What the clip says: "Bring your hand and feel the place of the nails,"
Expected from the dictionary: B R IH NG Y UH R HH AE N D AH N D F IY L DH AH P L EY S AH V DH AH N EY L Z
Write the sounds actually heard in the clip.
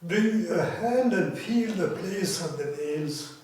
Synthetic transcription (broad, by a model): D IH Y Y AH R HH AE N D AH N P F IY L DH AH P L EY S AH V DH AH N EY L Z